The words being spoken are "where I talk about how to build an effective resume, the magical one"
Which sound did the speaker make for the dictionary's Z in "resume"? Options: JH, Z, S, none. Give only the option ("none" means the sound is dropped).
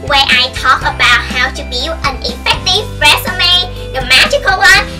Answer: S